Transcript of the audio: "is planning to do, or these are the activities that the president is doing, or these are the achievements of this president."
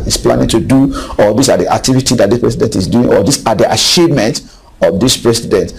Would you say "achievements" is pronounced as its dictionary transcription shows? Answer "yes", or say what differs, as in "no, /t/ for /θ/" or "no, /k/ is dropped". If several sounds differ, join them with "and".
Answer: no, /ʃ/ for /tʃ/ and /s/ is dropped